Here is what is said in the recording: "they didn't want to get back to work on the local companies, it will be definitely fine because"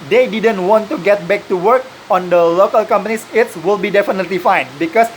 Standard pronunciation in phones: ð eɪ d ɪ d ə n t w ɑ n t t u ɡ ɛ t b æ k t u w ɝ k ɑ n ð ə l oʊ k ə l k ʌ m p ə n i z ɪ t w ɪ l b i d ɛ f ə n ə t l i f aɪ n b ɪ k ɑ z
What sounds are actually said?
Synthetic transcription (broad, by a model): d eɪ d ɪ d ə n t w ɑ n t t u ɡ ɛ t b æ k t u w ɝ k ɑ n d ə l oʊ k ə l k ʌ m p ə n i s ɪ t w ɪ l b i d ɛ f ə n ə t l i f aɪ n b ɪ k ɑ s